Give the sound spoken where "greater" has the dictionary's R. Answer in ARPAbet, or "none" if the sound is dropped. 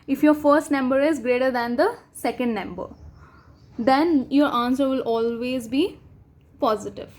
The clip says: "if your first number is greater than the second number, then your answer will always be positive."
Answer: R